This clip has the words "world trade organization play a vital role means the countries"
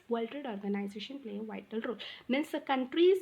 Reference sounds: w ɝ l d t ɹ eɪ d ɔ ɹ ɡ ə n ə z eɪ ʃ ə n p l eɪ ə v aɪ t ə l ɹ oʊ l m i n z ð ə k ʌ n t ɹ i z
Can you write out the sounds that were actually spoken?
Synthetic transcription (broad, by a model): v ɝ l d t eɪ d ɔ ɹ ɡ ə n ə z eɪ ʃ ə n p l eɪ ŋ v aɪ t ə l ɹ oʊ l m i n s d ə k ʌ n t ɹ i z